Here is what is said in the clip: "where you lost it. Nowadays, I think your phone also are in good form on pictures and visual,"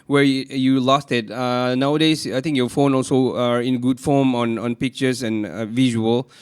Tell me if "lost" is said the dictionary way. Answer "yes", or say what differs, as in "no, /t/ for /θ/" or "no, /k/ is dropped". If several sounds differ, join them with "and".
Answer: yes